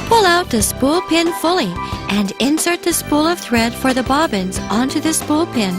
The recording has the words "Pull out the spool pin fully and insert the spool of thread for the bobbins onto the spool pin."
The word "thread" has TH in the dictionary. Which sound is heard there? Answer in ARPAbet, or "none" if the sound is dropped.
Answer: TH